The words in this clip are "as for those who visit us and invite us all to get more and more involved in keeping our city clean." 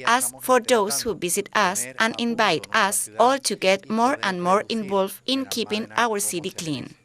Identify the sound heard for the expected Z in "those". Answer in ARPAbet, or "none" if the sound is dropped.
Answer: S